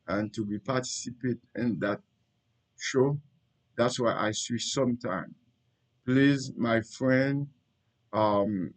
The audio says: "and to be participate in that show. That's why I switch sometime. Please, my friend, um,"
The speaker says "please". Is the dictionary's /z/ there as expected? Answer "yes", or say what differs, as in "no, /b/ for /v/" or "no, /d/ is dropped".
yes